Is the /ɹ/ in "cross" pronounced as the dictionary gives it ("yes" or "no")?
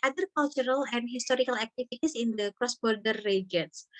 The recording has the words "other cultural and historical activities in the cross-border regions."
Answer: yes